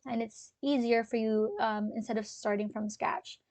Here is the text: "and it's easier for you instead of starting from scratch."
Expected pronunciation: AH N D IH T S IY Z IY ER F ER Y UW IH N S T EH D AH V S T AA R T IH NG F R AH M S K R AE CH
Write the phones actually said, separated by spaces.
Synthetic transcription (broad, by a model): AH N IH T S IY Z IY ER F ER Y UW IH N S T EH D AH V S T AA R T IH NG F R AH M S K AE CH